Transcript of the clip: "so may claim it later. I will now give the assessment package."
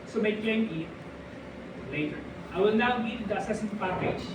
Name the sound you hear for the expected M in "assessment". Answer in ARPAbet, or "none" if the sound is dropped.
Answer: none